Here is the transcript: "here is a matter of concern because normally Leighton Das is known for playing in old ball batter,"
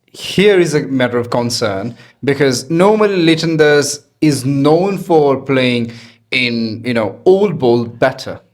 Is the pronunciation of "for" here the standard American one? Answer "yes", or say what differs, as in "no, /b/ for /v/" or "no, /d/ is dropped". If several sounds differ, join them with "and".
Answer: yes